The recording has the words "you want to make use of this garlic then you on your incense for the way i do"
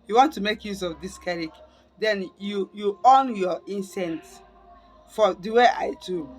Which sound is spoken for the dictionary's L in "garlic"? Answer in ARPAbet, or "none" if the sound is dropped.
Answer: none